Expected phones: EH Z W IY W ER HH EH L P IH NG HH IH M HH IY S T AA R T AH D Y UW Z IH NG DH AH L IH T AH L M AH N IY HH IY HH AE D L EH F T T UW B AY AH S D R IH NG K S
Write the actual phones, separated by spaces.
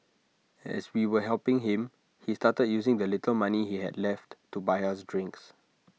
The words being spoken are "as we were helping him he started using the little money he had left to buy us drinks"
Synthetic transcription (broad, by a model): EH S W IY W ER HH EH L P IH NG HH IH M HH IY S T AA T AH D Y UW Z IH NG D AH L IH T AH L M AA N IY HH IY HH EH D L EH F T T UW B AY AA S D R IH NG K S